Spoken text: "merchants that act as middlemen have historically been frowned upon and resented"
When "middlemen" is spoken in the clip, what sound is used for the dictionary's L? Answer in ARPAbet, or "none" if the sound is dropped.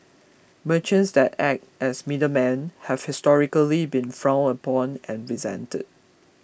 none